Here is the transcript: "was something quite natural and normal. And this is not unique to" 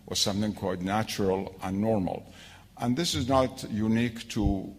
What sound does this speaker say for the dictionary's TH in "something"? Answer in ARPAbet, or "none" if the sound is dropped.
TH